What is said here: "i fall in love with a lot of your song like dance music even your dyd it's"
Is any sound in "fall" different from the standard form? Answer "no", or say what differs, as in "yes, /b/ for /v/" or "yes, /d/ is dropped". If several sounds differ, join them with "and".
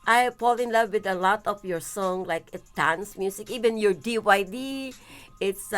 yes, /p/ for /f/